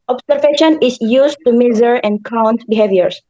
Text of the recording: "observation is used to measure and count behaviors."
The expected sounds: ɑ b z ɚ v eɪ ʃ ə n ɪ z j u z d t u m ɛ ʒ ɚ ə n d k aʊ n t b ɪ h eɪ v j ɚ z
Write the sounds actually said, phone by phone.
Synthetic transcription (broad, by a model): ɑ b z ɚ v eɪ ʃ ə n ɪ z j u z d t u m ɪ z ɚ ə n d k aʊ n t b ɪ h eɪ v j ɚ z